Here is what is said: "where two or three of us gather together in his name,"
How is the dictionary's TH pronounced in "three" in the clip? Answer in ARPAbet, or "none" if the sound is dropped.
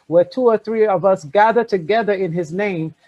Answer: TH